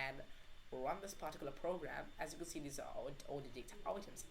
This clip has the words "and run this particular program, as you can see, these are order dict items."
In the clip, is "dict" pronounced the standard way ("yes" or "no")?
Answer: yes